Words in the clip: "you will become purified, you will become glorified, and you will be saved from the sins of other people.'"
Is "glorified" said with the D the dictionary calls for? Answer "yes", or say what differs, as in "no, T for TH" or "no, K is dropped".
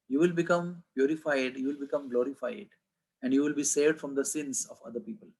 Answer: yes